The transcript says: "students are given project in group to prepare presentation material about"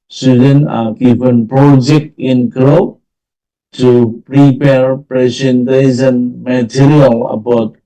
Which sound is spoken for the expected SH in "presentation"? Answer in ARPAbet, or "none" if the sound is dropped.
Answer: S